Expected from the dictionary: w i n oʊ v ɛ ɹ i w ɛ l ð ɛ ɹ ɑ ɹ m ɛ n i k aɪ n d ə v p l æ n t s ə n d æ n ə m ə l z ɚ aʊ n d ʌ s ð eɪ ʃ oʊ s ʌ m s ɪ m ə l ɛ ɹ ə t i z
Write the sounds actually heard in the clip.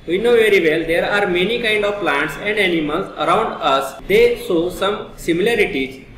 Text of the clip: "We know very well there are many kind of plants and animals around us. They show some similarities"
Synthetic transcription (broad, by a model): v i n oʊ v ɛ ɹ i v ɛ l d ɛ ɹ ɑ ɹ m ɛ n i k aɪ n d ə v p l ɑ n t s ə n d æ n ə m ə l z ɚ aʊ n d ʌ s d eɪ s oʊ s ʌ m s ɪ m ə l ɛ ɹ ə t i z